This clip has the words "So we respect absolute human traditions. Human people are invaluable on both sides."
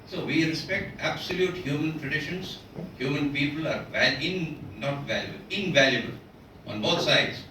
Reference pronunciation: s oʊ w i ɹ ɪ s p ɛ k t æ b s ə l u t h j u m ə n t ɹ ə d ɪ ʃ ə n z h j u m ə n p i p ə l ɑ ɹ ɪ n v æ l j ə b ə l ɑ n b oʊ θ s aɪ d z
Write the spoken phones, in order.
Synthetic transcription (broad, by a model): s oʊ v i ɹ ɪ s p ɛ k t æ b s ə l u t h j u m ə n t ɹ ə d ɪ ʃ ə n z h j u m ə n p i p ə l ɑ ɹ ɪ n v æ l j ə b ə l ɑ n b oʊ t s aɪ d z